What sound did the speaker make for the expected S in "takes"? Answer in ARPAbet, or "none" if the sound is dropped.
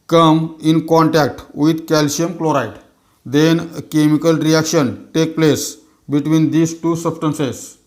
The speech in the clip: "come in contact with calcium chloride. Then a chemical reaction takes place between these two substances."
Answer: none